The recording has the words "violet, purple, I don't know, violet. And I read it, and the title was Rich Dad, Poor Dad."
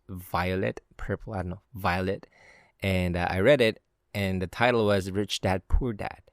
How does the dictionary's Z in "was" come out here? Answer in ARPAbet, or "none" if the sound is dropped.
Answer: Z